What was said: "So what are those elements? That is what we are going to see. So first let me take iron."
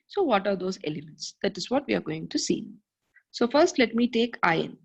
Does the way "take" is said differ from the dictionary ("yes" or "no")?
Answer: no